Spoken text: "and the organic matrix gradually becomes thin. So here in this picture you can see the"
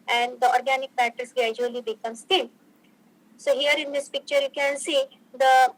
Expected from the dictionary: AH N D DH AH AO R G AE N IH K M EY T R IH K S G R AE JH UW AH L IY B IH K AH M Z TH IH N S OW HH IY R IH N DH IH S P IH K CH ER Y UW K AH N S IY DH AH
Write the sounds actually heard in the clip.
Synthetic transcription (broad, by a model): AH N D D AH AO R G AE N IH K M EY T IH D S G R AE JH UW AH L IY B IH K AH M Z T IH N S OW HH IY R IH N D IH S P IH K CH ER Y UW K AH N S IY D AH